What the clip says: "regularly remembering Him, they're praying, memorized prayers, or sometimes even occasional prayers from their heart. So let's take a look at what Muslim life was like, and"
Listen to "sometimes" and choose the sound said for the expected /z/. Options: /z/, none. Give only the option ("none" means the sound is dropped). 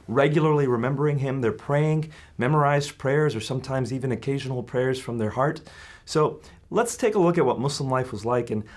/z/